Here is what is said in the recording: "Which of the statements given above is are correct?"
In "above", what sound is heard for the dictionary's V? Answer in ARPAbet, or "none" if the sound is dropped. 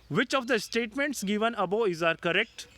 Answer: none